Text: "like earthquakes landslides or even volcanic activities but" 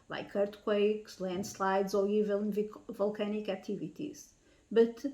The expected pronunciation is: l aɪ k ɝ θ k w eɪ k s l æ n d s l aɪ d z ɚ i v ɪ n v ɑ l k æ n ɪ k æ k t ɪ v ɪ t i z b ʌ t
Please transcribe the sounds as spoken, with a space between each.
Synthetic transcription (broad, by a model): l aɪ k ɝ t k w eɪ k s l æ n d s l aɪ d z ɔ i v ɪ l v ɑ l k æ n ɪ k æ k t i v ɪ t i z b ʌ t